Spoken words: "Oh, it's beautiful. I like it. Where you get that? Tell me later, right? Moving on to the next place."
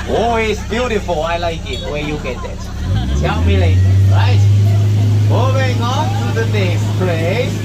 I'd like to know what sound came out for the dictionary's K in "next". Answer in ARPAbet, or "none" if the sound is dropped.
none